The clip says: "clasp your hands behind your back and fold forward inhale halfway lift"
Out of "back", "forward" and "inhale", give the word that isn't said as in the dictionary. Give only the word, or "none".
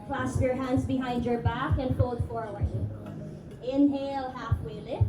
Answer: forward